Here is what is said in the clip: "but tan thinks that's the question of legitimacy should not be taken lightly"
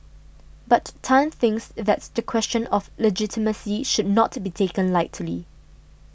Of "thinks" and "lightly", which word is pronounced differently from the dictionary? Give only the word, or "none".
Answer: none